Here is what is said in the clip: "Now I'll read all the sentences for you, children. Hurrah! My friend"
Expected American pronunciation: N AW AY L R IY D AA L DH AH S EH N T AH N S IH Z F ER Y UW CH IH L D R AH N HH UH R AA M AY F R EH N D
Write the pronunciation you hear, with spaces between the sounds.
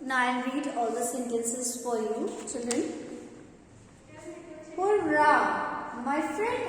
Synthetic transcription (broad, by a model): N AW AY N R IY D AA L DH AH S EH N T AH N S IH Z F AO Y UW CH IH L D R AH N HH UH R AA M AY F R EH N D